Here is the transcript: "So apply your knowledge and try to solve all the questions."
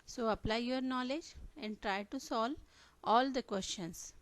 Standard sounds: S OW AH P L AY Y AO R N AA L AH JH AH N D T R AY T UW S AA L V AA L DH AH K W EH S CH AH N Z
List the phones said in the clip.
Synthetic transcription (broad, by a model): S OW AH P L AY Y AO R N AA L AH JH AH N D T R AY T UW S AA L AA L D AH K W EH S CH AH N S